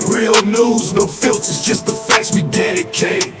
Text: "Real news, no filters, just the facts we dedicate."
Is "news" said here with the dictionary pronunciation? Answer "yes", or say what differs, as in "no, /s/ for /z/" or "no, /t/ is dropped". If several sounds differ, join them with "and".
yes